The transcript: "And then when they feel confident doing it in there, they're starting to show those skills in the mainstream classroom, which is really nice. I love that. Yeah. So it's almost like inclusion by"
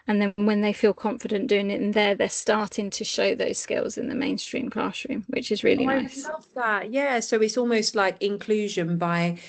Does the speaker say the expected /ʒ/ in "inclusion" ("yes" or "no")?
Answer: yes